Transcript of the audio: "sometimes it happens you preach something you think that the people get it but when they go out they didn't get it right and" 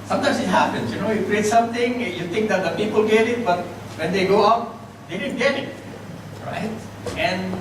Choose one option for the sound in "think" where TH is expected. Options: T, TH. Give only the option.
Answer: T